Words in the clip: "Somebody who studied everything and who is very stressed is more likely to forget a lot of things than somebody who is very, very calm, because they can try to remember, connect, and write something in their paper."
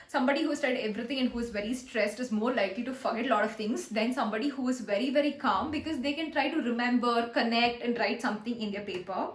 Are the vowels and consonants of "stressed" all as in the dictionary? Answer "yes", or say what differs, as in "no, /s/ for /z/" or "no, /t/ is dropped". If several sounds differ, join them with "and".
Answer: yes